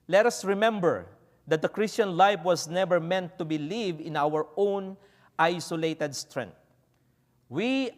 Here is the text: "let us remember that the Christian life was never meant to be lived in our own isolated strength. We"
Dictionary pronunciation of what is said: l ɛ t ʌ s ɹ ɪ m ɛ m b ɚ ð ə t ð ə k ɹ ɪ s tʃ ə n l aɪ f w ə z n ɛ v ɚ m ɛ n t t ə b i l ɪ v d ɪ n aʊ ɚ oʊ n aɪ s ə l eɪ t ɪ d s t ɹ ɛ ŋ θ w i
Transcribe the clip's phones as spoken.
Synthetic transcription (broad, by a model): l ɛ t ʌ s ɹ ɪ m ɛ m b ɚ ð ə t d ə k ɹ ɪ s tʃ ə n l aɪ f w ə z n ɛ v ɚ m ɛ n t t ə b i l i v ɪ n aʊ ɚ oʊ n aɪ s ə l eɪ t ɪ d s t ɹ ɛ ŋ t w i